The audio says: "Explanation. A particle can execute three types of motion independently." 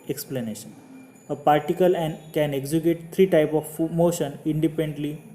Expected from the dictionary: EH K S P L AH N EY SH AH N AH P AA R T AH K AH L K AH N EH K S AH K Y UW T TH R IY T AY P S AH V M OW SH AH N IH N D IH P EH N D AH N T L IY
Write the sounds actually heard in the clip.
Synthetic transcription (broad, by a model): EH K S P L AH N EY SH AH N AH P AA R T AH K AH L K AH N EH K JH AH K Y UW T T R IY T AY P AH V M OW SH AH N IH N D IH P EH N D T L IY